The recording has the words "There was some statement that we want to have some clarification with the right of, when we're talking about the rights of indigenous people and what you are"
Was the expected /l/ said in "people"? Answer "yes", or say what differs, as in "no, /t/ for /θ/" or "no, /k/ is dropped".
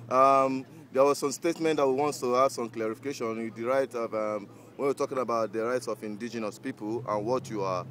yes